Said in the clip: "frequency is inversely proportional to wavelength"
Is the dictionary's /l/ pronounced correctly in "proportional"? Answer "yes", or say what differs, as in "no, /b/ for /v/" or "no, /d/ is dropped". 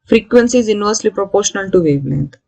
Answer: yes